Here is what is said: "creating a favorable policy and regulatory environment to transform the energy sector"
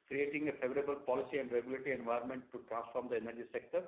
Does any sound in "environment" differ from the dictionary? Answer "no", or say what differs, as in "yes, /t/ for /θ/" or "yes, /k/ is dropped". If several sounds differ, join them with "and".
yes, /ɹ/ is dropped